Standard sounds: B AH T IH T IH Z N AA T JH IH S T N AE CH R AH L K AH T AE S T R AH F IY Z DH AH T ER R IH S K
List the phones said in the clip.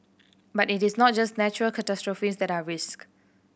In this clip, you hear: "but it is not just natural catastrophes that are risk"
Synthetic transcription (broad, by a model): B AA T IH T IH S N AA T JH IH S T N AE CH R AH L K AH T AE S T R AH F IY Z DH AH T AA R IH S K